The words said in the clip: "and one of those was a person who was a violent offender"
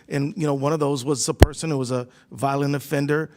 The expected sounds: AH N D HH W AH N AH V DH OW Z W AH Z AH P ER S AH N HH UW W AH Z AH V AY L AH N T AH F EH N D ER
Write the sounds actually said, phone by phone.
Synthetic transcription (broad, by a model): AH N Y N W AH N AH V DH OW Z W AH Z AH P ER S AH N HH UW W AH Z AH V AY L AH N AH F EH N D ER